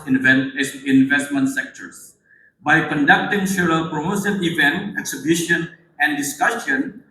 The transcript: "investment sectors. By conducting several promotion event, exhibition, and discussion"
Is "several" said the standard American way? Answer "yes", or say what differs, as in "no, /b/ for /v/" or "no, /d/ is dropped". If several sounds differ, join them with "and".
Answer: no, /v/ is dropped